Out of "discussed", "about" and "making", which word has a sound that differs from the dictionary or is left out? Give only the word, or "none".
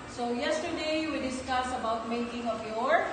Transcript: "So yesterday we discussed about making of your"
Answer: discussed